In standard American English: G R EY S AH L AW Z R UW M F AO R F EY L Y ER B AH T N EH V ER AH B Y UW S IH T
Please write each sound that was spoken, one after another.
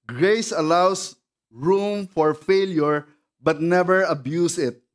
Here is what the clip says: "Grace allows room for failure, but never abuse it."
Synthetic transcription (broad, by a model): G R EY S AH L AW S R UW M F AO R F EY L Y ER B AH T N EH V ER AH B Y UW S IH T